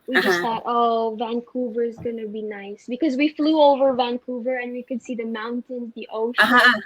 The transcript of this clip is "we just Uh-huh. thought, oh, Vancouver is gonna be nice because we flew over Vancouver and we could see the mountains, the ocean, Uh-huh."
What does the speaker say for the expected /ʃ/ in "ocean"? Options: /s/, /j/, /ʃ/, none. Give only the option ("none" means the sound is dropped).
none